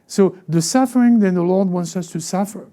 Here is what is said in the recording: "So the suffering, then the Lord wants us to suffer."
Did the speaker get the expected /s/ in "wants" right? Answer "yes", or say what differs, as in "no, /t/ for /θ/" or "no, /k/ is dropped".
yes